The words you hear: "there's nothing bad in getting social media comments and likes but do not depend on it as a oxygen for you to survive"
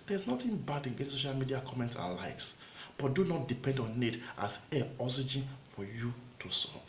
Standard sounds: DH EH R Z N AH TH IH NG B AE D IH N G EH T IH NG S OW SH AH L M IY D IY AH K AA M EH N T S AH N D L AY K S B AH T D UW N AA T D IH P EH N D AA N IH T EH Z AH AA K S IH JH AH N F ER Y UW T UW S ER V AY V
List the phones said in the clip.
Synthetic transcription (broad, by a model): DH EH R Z N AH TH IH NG B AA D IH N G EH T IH S OW SH AH L M IY D IY AH K AA M EH N T S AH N L AY K S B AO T D UW N AA T D IH P EH N D AA N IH T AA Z AH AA S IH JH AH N F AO Y UW T UW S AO